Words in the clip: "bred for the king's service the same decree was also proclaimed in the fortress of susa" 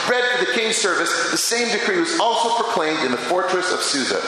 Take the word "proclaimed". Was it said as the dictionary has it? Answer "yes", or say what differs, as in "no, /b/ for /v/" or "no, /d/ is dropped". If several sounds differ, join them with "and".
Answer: yes